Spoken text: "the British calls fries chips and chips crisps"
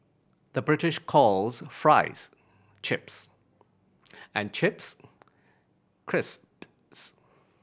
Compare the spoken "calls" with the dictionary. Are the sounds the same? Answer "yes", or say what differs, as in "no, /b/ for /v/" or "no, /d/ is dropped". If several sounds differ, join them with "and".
yes